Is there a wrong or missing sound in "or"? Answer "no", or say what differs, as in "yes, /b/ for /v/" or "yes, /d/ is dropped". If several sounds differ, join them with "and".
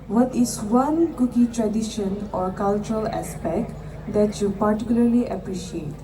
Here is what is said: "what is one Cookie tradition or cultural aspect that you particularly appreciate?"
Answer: no